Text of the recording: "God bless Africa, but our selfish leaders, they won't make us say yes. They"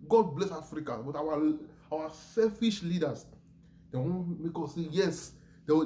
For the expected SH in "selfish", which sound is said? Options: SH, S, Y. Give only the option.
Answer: SH